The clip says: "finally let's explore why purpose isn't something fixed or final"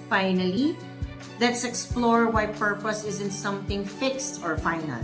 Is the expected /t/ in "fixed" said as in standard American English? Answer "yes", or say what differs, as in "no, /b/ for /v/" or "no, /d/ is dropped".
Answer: yes